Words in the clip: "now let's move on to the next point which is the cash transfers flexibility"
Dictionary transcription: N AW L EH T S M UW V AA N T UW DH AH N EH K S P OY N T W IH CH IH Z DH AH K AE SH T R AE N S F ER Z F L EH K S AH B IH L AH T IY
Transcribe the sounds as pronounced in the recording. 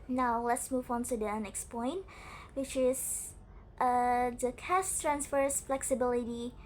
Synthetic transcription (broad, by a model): N AW L EH T S M UW V AA N T UW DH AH N EH K S P OY N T W IH CH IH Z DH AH K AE S T R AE N S F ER S F L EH K S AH B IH L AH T IY